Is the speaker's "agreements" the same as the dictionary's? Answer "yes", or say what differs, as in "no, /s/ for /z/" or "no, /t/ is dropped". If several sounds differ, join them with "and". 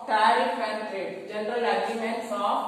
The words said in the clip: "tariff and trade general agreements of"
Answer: no, /ɹ/ is dropped